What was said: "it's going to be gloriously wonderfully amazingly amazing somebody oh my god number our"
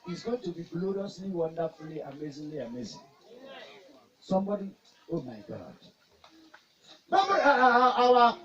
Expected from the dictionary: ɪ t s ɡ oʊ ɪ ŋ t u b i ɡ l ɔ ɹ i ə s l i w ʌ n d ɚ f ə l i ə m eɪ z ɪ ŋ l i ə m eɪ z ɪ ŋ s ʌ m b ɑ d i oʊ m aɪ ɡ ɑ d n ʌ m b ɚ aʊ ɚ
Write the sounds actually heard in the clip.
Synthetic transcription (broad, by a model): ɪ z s ɡ oʊ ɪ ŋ t u b i ɡ l ɔ ɹ i ə s l i w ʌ n d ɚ f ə l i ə m eɪ z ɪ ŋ l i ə m eɪ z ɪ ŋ s ʌ m b ɑ d i oʊ m aɪ ɡ ɑ d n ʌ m ɚ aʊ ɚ